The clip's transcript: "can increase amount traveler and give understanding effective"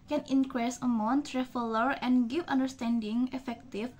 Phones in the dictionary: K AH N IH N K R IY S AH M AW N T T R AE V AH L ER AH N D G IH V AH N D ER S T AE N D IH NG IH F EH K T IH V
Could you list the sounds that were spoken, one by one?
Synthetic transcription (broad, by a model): K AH N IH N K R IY S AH M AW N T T R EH F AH L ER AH N G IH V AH N D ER S T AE N D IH NG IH F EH K T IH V